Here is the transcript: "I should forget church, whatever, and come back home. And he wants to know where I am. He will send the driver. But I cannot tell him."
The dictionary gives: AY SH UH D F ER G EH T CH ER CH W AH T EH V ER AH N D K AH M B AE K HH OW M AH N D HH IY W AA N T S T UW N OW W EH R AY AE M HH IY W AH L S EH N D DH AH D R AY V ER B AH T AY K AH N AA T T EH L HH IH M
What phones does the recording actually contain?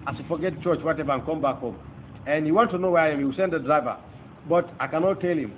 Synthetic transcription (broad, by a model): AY S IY F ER G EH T CH ER CH W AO T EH V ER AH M K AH M B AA K HH OW M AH N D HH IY W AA N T T UW N OW W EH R AY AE M HH IY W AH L S EH N D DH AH D R AY V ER B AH T AY K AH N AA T T EH L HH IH M